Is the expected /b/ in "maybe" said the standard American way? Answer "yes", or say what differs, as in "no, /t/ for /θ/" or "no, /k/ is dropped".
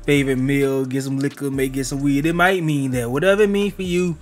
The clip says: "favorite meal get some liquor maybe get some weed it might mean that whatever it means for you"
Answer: no, /b/ is dropped